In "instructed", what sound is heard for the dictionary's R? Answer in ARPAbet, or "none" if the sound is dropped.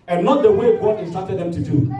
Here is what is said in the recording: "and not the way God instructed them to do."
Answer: none